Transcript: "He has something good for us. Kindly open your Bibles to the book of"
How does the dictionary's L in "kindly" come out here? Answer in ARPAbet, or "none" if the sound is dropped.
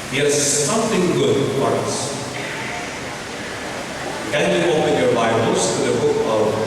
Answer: none